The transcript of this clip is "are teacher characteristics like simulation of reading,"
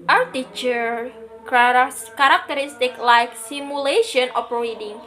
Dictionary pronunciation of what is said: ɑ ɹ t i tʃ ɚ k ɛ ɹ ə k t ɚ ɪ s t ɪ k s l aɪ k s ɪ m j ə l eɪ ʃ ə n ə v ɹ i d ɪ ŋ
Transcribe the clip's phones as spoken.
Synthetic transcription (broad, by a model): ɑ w t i tʃ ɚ k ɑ ɹ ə k t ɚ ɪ s t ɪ k l aɪ k s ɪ m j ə l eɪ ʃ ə n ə p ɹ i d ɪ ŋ